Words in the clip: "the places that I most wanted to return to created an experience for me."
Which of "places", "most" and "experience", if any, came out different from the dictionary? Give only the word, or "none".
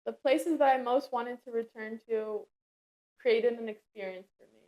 none